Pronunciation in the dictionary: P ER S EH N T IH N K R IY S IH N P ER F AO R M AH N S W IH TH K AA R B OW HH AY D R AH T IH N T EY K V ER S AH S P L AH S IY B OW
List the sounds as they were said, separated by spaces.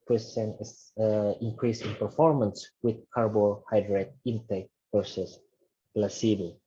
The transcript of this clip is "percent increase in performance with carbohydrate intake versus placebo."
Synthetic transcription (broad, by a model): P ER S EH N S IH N K R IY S IH N P ER F AO R M AH N S W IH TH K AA R B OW HH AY D R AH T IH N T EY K P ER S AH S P L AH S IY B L